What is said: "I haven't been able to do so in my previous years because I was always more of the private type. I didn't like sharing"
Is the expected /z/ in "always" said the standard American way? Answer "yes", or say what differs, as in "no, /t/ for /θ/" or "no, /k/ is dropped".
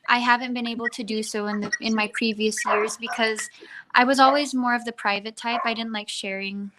yes